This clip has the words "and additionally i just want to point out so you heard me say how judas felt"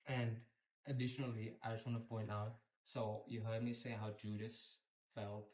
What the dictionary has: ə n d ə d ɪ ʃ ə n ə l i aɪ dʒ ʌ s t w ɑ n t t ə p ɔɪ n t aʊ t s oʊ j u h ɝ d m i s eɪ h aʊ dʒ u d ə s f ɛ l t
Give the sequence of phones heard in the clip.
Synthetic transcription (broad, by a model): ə n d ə d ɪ ʃ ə n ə l i aɪ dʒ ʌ s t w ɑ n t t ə p ɔɪ n t aʊ t s oʊ j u h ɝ d m i s eɪ h aʊ dʒ u d ə s f ɛ l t